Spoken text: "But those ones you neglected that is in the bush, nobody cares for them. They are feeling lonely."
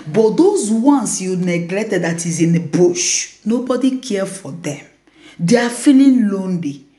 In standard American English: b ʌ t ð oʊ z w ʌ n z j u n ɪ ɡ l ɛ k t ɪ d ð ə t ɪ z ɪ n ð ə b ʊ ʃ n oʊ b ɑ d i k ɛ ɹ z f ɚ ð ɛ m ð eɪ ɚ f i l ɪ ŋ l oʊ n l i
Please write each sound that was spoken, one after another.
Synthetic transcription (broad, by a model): b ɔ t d oʊ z w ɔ n s j u n ɪ ɡ l ɛ k t ɪ d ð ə t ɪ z ɪ n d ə b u ʃ n oʊ b ɑ d i k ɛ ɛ f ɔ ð ɛ m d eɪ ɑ f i l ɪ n l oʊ n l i